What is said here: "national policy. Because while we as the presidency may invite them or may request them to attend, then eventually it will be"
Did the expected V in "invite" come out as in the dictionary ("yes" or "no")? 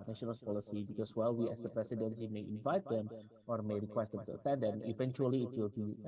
yes